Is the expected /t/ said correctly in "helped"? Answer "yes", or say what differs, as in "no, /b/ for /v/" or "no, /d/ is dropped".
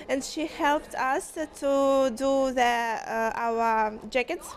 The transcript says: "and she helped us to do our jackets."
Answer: yes